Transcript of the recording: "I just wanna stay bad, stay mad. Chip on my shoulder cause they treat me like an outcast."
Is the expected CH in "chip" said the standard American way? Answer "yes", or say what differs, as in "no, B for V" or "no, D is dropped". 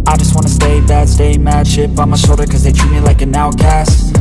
no, SH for CH